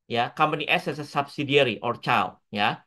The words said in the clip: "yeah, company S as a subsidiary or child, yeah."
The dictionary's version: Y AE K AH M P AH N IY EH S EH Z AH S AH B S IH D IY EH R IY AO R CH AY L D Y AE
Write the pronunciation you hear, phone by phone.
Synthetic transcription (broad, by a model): Y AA K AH M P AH N IY EH S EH S AH S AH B S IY D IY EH R IY AO R CH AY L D Y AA